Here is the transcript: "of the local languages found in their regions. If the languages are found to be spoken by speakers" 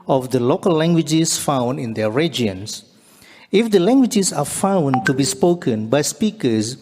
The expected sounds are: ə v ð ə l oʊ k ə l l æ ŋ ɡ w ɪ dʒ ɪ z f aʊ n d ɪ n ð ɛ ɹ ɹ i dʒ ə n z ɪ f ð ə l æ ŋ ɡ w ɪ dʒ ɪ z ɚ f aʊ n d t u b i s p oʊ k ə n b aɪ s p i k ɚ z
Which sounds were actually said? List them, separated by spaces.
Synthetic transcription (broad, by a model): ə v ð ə l oʊ k ə l l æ ŋ ɡ w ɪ dʒ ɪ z f aʊ n d ɪ n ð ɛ ɹ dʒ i ə n s ɪ f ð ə l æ ŋ ɡ w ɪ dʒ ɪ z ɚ f aʊ n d t u b i s p oʊ k ə n b aɪ s p i k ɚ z